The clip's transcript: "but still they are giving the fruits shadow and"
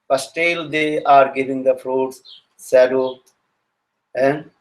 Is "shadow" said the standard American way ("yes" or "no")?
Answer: no